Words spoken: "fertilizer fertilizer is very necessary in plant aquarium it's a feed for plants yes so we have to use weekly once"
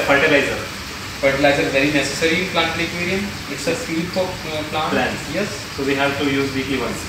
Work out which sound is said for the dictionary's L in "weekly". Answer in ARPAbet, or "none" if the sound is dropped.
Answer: none